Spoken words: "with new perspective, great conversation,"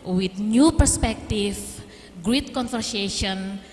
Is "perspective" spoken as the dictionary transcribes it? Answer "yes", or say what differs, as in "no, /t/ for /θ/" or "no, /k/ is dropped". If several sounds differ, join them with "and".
no, /f/ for /v/